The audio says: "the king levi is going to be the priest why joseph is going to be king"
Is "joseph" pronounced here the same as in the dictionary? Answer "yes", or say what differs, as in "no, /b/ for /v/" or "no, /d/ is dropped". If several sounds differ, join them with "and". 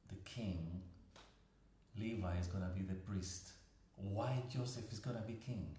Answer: yes